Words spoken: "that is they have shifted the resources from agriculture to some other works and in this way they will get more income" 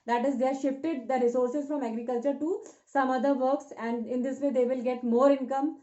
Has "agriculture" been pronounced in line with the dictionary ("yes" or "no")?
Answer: yes